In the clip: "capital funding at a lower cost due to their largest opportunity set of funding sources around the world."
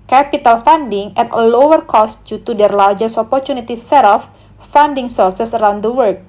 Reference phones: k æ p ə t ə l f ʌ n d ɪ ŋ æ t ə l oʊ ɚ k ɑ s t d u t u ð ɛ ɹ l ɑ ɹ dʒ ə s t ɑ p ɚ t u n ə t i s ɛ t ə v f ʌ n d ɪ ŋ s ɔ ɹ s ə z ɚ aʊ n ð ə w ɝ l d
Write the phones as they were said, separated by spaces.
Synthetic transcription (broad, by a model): k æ p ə t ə l f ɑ n d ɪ ŋ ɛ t ə l oʊ ɚ k ɑ s t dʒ u t u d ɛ ɹ l ɑ ɹ dʒ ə s ɑ p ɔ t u n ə t i s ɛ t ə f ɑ n d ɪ ŋ s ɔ ɹ s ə s ɚ aʊ n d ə w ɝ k